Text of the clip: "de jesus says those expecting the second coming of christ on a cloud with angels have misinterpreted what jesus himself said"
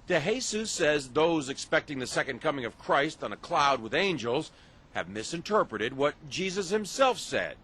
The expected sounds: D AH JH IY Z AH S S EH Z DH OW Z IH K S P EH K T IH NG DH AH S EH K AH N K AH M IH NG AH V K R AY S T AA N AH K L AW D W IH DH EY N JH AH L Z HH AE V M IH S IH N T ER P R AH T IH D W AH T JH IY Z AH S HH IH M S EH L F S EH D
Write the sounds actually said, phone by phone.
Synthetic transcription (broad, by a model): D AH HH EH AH S S EH Z DH OW Z IH K S P EH K T IH NG DH AH S EH K AH N K AH M IH NG AH V K R AY S T N AH K L AW D W IH DH EY N JH AH L Z HH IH V M IH S IH N T ER P R AH T IH D W AH T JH IY Z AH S HH IH M S EH L F S EH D